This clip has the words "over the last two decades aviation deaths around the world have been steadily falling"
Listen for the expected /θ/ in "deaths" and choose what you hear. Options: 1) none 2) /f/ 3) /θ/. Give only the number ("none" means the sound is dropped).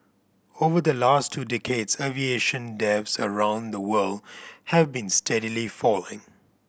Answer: 2